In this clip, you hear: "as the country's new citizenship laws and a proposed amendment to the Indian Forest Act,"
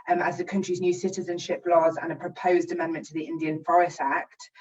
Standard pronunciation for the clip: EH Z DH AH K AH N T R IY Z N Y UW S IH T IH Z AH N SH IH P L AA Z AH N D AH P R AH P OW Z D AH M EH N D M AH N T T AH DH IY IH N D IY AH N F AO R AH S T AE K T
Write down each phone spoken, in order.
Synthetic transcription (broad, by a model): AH Z DH AH K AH N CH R IY Z N Y UW S IH T IH Z AH N SH IH P L AA Z AH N AH P R AH P OW Z D AH M EH N M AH N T T AH DH IY IH N D IY AH N F AO R AH S T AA K T